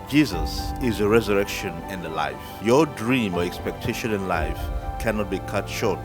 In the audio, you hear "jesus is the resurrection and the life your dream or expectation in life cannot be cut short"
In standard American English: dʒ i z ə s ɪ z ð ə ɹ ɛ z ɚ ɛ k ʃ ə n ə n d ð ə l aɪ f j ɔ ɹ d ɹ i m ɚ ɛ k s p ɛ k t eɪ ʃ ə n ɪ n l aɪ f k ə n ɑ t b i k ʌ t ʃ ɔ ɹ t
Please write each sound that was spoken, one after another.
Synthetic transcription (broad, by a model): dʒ i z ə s ɪ z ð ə ɹ ɛ z ɚ ɛ k ʃ ə n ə n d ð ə l aɪ f j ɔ d ɹ i m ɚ ɛ k s p ɛ k t eɪ ʃ ə n ɪ n l aɪ f k ə n ɑ t b i k ʌ t ʃ ɔ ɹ t